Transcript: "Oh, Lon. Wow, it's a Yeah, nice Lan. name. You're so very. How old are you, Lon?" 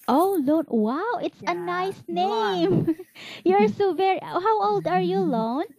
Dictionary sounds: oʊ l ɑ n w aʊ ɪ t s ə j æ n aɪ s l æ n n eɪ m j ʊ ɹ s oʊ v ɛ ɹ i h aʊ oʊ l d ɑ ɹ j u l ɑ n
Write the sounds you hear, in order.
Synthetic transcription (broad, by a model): oʊ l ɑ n w aʊ ɪ t s ə n aɪ s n n eɪ m j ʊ ɹ s oʊ v ɛ ɹ i h aʊ oʊ l d ɑ ɹ j u l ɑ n